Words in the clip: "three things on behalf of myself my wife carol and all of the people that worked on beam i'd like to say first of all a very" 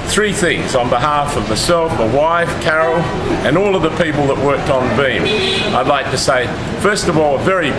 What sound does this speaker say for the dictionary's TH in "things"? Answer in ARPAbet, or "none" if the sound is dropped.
TH